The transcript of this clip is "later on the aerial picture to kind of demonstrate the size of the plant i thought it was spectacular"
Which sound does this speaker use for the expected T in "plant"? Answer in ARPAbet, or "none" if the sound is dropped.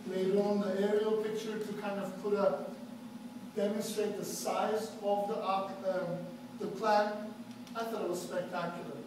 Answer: none